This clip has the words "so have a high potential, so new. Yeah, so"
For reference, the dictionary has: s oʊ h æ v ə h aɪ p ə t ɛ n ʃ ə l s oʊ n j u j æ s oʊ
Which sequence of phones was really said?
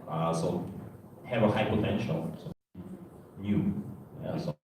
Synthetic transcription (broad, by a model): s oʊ h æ v ə h aɪ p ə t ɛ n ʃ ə n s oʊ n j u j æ s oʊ